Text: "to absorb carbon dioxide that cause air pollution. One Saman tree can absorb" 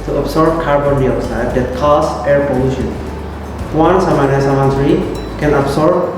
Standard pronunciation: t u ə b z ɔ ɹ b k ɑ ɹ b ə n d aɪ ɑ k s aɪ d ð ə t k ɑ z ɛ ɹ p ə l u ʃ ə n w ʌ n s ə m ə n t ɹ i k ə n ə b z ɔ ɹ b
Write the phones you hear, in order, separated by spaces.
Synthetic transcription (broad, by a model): t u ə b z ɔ ɹ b k ɑ ɹ b ə n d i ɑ s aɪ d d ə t k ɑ s ɛ ɹ p ə l u ʃ ə n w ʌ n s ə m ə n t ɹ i k ə n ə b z ɔ ɹ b